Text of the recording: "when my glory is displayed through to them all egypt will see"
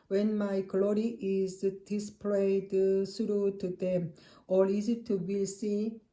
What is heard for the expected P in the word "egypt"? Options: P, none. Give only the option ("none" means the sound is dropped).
none